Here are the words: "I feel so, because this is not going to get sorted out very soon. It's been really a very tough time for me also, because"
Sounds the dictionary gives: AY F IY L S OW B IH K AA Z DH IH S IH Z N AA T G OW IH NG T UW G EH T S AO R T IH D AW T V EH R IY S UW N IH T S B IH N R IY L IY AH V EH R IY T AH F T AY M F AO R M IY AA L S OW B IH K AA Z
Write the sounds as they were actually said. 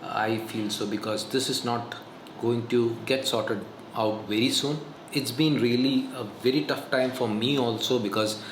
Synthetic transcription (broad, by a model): AY F IY L S OW B IH K AA Z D IH S IH Z N AA T G OW IH NG T UW G EH T S AO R T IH D AW T V EH R IY S UW N IH T S B IH N R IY L IY AH V EH R IY T AH F T AY M F AO R M IY AA L S OW B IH K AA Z